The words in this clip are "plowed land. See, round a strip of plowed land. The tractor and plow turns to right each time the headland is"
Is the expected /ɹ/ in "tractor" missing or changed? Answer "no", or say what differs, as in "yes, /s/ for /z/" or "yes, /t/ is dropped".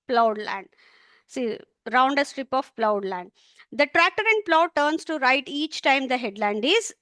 no